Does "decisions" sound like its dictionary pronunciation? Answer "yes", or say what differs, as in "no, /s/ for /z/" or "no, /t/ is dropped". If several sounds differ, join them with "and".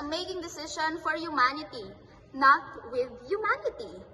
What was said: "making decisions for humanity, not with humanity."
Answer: no, /z/ is dropped